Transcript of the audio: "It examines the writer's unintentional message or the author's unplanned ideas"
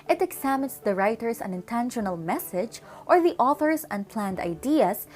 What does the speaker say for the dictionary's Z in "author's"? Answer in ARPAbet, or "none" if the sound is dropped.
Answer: S